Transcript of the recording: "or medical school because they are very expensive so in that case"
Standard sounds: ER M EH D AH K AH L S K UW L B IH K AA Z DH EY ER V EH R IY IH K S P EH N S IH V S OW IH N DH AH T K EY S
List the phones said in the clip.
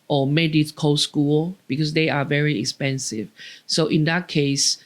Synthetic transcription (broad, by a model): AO M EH D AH K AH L S K UW L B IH K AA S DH EY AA V EH R IY IH K S P EH N S IH V S OW IH N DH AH T K EY S